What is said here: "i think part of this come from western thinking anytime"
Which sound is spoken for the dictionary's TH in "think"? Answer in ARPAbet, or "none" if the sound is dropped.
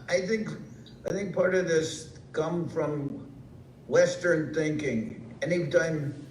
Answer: TH